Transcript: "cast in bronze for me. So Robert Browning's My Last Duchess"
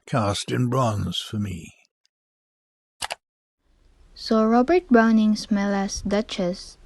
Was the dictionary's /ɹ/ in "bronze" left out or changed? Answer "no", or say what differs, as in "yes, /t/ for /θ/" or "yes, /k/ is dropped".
no